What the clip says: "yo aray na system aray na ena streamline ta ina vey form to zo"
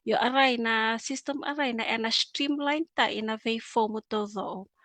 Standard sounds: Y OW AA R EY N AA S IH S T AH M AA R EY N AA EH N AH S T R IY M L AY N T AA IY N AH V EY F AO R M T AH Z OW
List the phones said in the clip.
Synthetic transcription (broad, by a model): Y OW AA R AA N AA S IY S T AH M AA R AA N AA EH N AH S T R IY M L AY N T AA IY N AH V EY F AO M T AH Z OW